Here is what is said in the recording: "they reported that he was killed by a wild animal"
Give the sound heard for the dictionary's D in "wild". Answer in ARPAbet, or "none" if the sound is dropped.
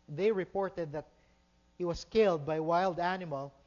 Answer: D